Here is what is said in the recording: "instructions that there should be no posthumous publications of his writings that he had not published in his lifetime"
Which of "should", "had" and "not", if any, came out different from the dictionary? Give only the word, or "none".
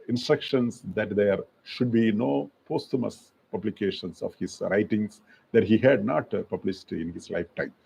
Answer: none